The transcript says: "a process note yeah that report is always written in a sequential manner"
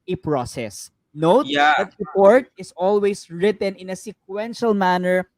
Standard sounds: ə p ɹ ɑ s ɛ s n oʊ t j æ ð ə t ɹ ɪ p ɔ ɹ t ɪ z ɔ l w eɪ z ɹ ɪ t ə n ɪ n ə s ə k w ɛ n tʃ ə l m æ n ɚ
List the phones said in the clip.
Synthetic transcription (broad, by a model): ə p ɹ ɑ s ɛ s n oʊ t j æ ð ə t ɹ ɪ p ɔ ɹ t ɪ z ɔ l w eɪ s ɹ ɪ t ə n ɪ n ə s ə k w ɛ n ʃ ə l m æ n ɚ